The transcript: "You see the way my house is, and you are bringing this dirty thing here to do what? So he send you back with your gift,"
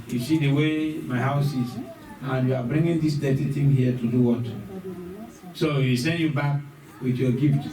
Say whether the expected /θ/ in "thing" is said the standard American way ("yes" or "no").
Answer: no